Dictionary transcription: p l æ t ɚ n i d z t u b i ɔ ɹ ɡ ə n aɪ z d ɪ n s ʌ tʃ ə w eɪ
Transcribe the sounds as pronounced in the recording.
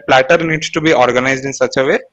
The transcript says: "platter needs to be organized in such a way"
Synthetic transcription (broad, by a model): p l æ t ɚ n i d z t u b i ɔ ɹ ɡ ə n aɪ z d ɪ n s ʌ tʃ ə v eɪ